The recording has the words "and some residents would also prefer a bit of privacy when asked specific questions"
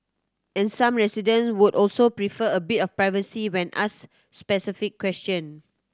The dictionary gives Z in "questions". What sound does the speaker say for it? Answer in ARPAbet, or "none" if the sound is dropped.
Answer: none